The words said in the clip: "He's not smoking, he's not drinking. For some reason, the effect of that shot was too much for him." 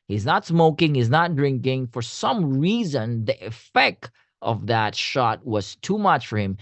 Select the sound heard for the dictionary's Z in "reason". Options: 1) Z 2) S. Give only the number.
1